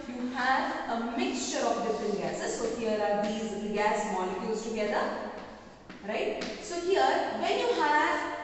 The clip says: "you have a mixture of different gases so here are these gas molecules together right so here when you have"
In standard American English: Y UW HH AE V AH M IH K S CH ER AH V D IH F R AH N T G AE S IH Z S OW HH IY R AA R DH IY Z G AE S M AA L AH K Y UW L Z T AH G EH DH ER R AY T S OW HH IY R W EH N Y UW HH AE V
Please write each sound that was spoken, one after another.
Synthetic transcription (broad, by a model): Y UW HH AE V AH M IH K S CH ER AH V D IH F R AH N T G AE S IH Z S OW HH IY R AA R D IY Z G AE S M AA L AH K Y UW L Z T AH G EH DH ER R AY T S OW HH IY R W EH N Y UW HH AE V